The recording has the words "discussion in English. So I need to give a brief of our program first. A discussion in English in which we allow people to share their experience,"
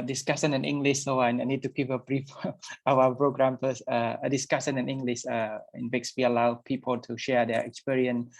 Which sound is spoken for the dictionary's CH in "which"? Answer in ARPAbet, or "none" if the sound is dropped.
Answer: S